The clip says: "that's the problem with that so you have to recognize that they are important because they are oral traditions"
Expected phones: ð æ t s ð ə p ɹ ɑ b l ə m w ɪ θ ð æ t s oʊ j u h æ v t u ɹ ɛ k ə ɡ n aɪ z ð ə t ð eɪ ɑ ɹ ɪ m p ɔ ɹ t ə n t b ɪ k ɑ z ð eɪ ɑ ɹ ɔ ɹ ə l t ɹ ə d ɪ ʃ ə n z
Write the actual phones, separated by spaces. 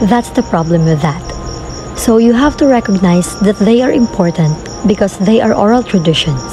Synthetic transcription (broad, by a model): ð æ t s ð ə p ɹ ɑ b l ə m w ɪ ð æ t s oʊ j u h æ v t u ɹ ɛ k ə ɡ n aɪ s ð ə t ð eɪ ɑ ɹ ɪ m p ɔ ɹ t ə n t b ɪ k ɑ s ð eɪ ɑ ɹ ɔ ɹ ə l t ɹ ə d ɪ ʃ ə n